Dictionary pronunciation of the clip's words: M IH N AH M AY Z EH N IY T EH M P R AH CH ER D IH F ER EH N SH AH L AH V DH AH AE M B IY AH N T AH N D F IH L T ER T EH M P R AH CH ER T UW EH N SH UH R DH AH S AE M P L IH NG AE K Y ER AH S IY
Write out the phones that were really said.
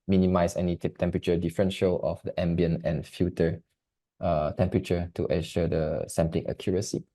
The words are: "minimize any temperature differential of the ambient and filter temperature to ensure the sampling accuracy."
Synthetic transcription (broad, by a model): M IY N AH M AY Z EH N IY T EH M P R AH CH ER D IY F ER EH N SH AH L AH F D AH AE M B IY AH N AH N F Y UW T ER T EH M P R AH CH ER T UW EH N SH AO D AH S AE M P L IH NG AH K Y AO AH S IY